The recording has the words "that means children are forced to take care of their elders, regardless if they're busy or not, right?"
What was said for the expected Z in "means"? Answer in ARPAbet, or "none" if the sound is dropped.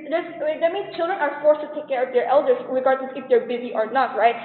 none